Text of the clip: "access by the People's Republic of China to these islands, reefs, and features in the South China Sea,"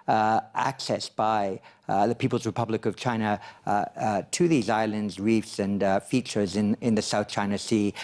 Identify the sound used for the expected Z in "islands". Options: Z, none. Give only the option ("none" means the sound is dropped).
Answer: Z